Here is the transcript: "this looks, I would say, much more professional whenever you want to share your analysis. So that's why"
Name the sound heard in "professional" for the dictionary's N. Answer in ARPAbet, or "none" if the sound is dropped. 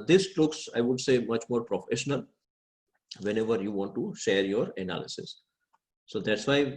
N